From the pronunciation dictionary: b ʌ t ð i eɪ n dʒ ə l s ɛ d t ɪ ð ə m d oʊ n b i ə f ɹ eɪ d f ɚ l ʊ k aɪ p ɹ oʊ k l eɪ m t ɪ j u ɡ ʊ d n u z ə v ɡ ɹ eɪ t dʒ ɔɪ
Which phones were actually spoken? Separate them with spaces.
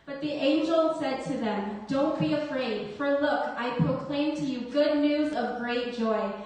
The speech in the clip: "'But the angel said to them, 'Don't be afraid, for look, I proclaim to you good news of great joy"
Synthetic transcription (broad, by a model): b ʌ t ð i eɪ n dʒ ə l s ɛ d t ɪ ð ə m d oʊ n b i ə f ɹ eɪ d f ɚ l ʊ k aɪ p ɹ oʊ k l eɪ m t ɪ j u ɡ ʊ d n u z ə v ɡ ɹ eɪ t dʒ ɔɪ